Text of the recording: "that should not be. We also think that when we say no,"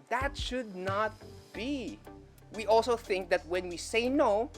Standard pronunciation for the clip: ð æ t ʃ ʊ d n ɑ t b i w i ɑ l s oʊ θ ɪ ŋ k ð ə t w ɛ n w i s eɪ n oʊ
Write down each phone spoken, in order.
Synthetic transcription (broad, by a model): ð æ t ʃ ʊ d n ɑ t b i w i ɑ l s oʊ θ ɪ ŋ k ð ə t w ɛ n w i s eɪ n oʊ